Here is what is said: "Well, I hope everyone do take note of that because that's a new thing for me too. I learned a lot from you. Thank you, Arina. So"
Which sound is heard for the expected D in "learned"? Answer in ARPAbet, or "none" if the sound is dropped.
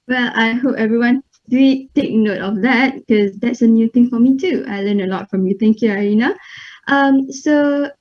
none